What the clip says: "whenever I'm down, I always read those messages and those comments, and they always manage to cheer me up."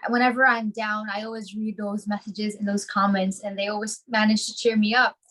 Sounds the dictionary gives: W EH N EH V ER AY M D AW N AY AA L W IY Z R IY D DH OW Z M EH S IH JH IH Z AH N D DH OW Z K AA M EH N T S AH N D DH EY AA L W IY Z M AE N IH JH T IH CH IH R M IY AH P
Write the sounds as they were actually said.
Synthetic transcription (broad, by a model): W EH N EH V ER AY M D AW N AY AA L W IY Z R IY D DH OW Z M EH S IH JH IH Z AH N DH OW Z K AA M EH N T S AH N DH EY AA L W IY Z M AE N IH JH T IH CH IH R M IY AH P